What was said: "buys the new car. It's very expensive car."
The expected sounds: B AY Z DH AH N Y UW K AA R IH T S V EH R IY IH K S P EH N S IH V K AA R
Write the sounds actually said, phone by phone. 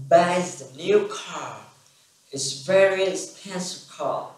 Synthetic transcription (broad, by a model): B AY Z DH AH N Y UW K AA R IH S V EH R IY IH S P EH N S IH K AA